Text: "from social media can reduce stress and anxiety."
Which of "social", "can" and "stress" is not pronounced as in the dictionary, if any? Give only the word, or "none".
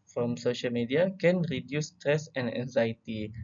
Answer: none